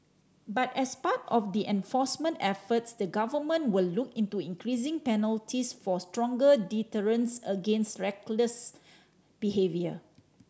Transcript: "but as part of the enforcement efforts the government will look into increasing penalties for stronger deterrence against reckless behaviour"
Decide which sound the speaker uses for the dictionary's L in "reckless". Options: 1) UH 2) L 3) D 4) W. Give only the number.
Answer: 2